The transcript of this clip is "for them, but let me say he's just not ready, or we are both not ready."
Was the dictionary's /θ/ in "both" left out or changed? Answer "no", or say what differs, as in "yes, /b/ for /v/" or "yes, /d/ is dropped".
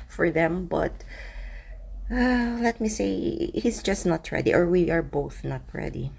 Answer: no